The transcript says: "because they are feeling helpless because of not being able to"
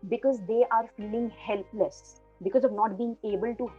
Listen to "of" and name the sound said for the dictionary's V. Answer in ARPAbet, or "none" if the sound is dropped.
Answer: V